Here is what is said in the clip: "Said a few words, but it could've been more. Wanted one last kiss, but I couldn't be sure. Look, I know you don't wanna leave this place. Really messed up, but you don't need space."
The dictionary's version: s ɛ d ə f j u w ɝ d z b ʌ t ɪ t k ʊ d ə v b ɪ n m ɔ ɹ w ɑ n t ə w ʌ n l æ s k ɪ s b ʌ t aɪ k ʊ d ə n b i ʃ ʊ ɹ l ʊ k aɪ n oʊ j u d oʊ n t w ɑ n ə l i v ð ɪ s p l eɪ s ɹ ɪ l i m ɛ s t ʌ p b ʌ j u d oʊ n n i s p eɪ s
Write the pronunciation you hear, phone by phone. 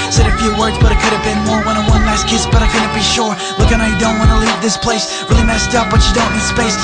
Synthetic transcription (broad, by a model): s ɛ d ə f j u w ɝ d z b ʌ t ɪ t k ʊ d ə v b ɪ n m ɔ ɹ w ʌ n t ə w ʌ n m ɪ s k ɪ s b ʌ t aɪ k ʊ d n b i ʃ ʊ ɹ l ʊ k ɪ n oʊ j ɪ d oʊ n t w ɑ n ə l i v ð ɪ s p l eɪ s ɹ ɪ l i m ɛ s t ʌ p b ʌ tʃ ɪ d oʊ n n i s p eɪ s